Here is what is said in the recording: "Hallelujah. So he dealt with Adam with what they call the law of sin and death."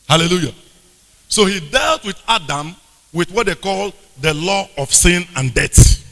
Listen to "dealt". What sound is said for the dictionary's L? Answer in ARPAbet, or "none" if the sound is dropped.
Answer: L